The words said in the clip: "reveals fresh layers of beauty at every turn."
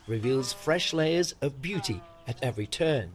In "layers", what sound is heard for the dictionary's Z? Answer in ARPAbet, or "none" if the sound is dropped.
Z